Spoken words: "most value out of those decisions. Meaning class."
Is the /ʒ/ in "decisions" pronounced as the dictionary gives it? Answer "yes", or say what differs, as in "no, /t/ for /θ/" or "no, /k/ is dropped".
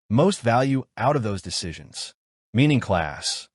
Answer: yes